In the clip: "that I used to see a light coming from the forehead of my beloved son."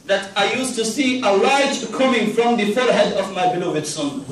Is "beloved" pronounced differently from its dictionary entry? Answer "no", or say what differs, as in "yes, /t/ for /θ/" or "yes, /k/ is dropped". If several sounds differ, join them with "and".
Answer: no